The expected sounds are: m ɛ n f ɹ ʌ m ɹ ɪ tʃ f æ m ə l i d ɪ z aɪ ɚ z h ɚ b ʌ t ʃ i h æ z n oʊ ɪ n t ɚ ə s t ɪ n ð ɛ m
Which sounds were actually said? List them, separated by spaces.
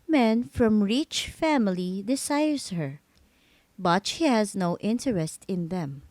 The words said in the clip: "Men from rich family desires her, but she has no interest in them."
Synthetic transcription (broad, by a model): m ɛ n f ɹ ʌ m ɹ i tʃ f æ m ə l i d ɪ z aɪ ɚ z h ɚ b ʌ t ʃ i h æ z n oʊ ɪ n t ɚ ə s t ɪ n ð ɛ m